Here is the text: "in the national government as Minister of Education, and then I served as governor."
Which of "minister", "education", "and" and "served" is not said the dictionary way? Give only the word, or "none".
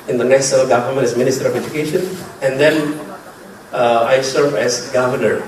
served